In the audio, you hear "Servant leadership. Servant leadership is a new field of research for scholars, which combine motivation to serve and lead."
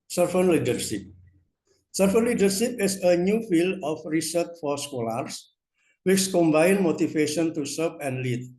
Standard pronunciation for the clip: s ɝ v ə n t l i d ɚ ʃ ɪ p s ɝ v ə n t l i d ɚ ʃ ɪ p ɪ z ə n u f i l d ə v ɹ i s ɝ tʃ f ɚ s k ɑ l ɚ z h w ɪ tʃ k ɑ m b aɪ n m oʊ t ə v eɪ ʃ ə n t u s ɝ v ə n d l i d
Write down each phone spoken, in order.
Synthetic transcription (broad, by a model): s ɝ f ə n l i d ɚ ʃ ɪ p s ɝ f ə n l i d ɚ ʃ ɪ p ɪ s ə n u f i l d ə f ɹ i s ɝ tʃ f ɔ s k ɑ l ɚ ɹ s w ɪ tʃ k ɑ m b aɪ n m oʊ t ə f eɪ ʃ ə n t u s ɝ p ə n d l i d